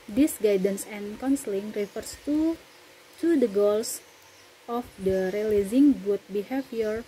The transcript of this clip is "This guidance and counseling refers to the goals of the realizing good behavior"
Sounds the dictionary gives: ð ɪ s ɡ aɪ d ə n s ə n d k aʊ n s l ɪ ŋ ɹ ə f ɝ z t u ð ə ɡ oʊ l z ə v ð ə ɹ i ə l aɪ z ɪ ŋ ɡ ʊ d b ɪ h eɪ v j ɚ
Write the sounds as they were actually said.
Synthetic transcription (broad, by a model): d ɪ s ɡ aɪ d ə n s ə n k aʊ n s l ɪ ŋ ɹ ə f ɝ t t u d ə ɡ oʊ l s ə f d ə ɹ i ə l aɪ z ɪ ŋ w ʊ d b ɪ h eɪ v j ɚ